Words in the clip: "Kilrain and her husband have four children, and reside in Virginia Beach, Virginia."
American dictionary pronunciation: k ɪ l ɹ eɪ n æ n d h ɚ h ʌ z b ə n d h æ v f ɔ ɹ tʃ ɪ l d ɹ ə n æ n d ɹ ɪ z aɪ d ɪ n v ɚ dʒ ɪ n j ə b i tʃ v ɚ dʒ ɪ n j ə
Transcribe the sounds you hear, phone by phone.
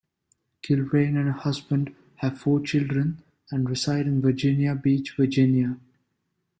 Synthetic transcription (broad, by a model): k ɪ l ɹ eɪ n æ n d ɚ h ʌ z b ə n d h æ v f ɔ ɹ tʃ ɪ l d ɹ ə n æ n d ɹ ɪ s aɪ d ɪ n v ɚ dʒ ɪ n j ə b i tʃ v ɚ dʒ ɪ n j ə